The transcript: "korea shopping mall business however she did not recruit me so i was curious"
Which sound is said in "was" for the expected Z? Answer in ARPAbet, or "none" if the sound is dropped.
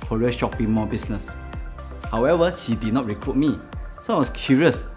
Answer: S